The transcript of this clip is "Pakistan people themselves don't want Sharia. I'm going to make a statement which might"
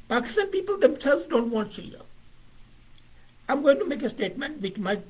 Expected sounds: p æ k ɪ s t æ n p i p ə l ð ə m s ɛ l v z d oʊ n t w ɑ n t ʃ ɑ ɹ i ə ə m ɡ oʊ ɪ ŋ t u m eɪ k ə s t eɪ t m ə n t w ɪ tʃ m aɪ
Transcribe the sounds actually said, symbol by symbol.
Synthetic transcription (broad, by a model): p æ k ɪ s t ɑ n p i p ə l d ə m s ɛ l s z d oʊ n t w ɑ n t s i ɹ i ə ə m ɡ oʊ ɪ ŋ t u m eɪ k ə s t eɪ t m ə n t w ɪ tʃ m aɪ